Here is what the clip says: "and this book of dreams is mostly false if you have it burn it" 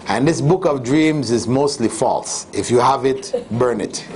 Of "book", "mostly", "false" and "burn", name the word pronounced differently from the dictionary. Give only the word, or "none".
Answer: none